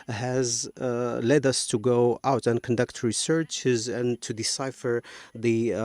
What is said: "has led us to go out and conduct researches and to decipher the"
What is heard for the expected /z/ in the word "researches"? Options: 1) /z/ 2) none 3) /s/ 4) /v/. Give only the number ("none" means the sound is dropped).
1